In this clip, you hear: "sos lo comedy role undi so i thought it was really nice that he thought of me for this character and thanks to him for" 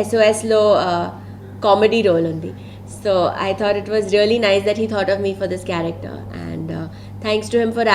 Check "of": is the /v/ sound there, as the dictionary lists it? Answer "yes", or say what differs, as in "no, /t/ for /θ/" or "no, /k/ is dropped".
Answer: yes